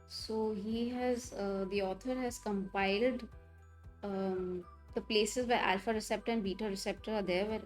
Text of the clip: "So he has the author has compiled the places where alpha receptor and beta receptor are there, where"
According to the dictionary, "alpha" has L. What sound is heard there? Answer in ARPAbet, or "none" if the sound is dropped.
L